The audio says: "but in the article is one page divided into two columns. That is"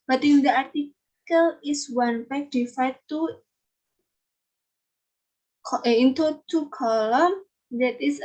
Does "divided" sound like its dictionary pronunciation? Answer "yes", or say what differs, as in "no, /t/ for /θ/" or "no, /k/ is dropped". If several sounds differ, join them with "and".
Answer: no, /f/ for /v/